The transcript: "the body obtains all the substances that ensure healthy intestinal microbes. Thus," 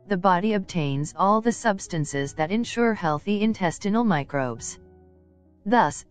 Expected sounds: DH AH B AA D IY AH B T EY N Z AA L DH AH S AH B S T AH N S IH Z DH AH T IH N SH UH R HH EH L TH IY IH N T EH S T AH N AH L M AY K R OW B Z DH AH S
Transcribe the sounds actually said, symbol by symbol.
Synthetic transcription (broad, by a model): DH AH B AA D IY AH B T EY N Z AA L DH AH S AH B S T AH N S IH Z DH AH T IH N SH UH R HH EH L TH IY IH N T EH S T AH N L M AY K R OW B Z DH AH S